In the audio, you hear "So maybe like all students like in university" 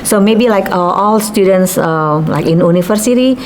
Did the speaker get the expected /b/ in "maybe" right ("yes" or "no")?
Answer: yes